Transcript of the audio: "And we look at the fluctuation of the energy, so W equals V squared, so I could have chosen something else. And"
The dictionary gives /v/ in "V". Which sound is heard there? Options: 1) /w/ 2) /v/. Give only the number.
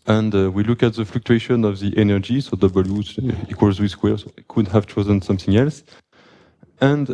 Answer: 1